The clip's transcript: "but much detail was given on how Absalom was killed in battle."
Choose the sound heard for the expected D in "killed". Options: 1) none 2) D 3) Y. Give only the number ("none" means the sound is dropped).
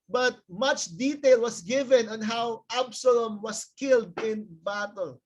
2